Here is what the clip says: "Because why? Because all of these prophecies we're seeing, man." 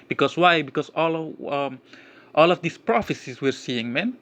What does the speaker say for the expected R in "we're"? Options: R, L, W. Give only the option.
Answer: R